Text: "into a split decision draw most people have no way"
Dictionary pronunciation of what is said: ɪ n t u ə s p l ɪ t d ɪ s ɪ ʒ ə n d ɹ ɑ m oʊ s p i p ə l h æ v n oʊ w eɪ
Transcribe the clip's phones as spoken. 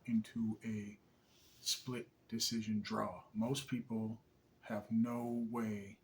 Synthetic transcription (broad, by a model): ɪ n t u ə s p l ɪ t d ɪ s ɪ ʒ ə n d ɹ ɑ m oʊ s p i p l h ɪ v n oʊ w eɪ